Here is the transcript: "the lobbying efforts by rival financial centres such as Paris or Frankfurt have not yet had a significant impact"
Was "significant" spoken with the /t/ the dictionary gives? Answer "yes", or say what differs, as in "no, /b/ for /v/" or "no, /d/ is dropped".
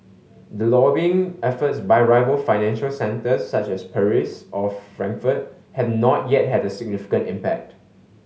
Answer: yes